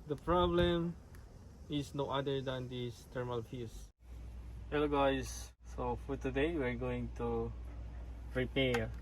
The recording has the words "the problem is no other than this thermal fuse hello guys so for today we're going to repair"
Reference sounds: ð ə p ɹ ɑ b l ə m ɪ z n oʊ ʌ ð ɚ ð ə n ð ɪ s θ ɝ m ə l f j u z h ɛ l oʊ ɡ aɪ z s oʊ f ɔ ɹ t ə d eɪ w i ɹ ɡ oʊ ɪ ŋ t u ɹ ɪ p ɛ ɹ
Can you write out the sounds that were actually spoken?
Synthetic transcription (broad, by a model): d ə p ɹ ɑ b l ə m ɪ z n oʊ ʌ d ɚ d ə n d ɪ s t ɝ m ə l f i s h ɛ l oʊ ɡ aɪ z s oʊ f ɔ ɹ t ə d eɪ w i ɹ ɡ oʊ ɪ ŋ t u ɹ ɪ p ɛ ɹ